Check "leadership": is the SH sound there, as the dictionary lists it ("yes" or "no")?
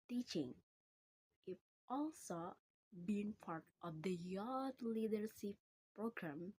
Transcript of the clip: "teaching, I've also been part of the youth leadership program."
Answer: no